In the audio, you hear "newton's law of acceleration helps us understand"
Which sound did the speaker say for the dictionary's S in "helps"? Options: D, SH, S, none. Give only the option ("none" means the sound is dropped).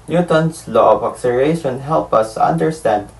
none